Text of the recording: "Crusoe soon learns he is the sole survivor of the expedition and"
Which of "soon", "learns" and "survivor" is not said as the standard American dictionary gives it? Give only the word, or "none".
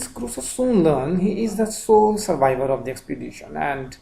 learns